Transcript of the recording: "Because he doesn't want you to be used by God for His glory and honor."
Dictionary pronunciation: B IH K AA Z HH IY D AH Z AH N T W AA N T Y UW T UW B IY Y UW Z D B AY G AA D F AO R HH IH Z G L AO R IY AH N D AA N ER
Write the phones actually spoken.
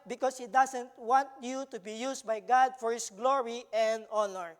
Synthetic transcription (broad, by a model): B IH K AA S HH IY D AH S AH N T W AA N T Y UW T UW B IY Y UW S B AY G AA D F AO R HH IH S G L AO R IY AH N D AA N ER